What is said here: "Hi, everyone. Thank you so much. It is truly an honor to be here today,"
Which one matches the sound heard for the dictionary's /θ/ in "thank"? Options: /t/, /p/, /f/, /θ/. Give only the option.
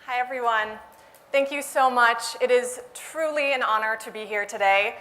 /θ/